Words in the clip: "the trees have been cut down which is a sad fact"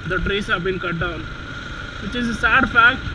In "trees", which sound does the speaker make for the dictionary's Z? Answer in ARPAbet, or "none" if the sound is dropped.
S